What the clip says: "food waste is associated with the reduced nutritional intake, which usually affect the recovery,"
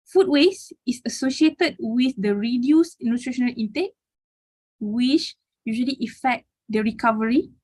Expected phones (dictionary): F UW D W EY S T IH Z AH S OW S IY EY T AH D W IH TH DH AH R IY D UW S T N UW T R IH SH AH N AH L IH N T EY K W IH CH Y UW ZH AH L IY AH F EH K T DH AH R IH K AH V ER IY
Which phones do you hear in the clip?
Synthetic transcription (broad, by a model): F UW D W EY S IH S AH S OW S IY EY T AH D W IH TH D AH R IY D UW S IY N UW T R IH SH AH N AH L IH N T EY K W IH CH Y UW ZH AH L IY AH F EH K T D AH R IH K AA V ER IY